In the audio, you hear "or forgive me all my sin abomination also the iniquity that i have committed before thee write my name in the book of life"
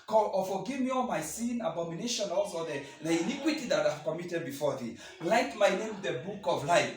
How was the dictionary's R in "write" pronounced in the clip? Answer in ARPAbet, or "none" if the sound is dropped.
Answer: L